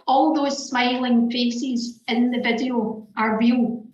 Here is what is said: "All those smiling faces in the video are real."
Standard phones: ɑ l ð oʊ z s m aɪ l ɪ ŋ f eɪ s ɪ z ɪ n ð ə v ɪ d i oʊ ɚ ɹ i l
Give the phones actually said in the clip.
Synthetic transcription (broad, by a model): ɑ l ð oʊ z s m aɪ l ɪ ŋ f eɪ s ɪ z ɪ n ð ə v ɪ d i oʊ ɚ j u